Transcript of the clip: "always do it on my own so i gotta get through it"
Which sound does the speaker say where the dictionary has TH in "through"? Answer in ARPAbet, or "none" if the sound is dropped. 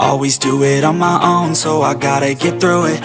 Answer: TH